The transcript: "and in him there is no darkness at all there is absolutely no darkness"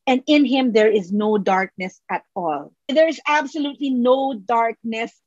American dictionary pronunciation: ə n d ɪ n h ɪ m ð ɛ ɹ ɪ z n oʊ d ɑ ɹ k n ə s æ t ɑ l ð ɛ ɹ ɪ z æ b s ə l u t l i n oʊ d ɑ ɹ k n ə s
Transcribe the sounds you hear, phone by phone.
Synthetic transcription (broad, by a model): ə n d ɪ n h ɪ m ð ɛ ɹ ɪ z n oʊ d ɑ ɹ k n ə s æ t ɑ l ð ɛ ɹ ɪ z æ b s ə l u t l i n oʊ d ɑ ɹ k n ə s